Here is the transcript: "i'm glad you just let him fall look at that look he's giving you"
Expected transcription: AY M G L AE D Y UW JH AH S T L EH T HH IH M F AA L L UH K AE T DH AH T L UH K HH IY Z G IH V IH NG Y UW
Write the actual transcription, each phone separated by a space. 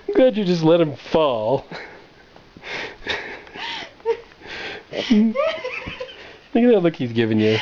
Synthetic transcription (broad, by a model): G AA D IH JH AH S T L EH T HH IH M F AA L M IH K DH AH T L UH K HH IY Z G IH V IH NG Y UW